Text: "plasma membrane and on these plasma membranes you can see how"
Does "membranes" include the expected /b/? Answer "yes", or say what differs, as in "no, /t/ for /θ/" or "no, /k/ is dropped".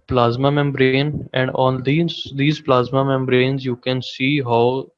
yes